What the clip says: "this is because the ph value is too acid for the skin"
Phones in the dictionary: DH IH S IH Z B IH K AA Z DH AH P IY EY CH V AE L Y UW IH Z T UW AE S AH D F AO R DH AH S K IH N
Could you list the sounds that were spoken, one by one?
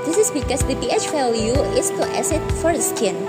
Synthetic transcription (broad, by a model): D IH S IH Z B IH K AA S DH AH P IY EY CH F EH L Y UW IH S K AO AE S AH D F AO R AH S K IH N